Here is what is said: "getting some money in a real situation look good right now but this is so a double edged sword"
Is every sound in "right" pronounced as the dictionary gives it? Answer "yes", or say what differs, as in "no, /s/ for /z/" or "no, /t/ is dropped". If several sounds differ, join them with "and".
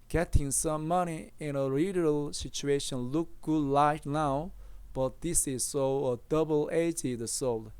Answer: no, /l/ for /ɹ/